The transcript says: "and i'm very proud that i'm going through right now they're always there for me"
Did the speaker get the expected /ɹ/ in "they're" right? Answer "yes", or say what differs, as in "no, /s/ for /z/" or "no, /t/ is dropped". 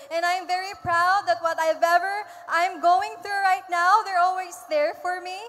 yes